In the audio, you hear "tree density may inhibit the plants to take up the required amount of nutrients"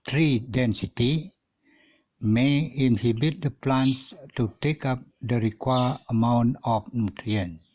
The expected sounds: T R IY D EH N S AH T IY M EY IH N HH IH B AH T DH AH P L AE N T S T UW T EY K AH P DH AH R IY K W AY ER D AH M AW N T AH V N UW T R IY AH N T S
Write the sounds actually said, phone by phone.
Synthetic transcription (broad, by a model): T R IY D EH N S AH T IY M EY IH N HH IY B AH T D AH P L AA N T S T UW T EY K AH P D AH R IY K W AY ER AH M AW N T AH F N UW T R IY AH N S